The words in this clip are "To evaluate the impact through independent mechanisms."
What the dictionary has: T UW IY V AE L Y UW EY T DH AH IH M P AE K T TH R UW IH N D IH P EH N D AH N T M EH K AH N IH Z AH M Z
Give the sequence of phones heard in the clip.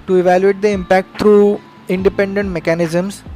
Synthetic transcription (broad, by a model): T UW IY V AE L Y UW EY T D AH IH M P AE K T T R UW IH N D IH P EH N D AH N T M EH K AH N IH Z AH M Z